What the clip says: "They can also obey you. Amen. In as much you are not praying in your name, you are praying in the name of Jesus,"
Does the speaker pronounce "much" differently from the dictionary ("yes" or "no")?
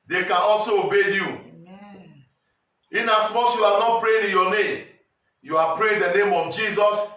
yes